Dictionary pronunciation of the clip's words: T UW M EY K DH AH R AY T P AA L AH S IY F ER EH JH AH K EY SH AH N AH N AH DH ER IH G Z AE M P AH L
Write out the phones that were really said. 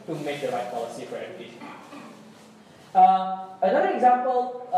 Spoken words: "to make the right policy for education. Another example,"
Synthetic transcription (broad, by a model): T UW M EY K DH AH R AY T P AA L AH S IY F ER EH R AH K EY AH AH N AH DH ER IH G Z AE M P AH L